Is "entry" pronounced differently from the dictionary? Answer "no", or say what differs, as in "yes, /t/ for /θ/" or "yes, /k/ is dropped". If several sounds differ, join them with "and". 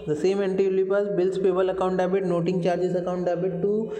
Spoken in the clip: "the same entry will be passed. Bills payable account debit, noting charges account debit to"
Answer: yes, /ɹ/ is dropped